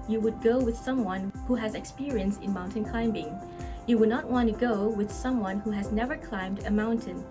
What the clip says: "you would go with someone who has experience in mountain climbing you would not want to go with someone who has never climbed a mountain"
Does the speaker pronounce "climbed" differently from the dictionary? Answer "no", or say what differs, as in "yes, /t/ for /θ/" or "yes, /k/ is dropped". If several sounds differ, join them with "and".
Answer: no